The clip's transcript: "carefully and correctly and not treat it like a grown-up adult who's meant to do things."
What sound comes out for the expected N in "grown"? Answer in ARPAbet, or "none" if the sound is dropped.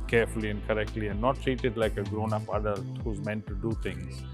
N